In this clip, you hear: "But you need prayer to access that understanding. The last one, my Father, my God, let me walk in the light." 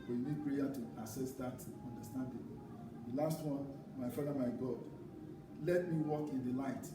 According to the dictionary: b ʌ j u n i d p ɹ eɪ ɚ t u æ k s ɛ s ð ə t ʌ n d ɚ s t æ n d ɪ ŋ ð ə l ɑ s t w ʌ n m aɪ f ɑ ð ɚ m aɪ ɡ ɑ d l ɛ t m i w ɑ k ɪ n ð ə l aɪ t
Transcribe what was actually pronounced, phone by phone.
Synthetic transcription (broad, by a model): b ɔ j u n i d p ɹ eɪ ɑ t u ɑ s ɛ s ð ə t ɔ n d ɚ s t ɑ n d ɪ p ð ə l ɑ s t w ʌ n m aɪ f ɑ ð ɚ m aɪ ɡ ɑ d l ɛ t m i w ɑ k ɪ n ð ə l aɪ t